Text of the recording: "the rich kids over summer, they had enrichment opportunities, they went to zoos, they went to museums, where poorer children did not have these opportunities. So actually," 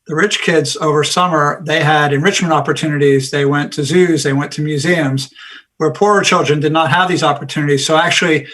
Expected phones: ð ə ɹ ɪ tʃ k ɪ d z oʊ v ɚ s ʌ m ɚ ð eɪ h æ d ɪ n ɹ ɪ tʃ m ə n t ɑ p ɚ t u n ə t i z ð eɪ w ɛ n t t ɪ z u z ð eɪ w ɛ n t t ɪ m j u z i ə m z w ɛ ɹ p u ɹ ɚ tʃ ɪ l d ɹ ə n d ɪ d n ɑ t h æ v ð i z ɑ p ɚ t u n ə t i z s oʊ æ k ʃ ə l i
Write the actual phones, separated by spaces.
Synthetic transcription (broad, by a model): ð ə ɹ ɪ tʃ k ɪ d z oʊ v ɚ s ʌ m ɚ ð eɪ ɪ d ɪ n ɹ ɪ tʃ m ə n t ɑ p ɚ t u n ə t i z ð eɪ w ɛ n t t ɪ z u z ð eɪ w ɛ n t t ɪ m j u z i ə m z w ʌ ɹ p u ɹ ɚ tʃ ɪ l d ɹ ə n d ɪ d n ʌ t h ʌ v ð i z ɑ p ɚ t u n ə t i z s oʊ æ k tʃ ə l i